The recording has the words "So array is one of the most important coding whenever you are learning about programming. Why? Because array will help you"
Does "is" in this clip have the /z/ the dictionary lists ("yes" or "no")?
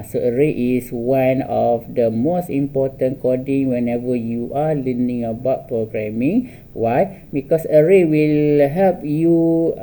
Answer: no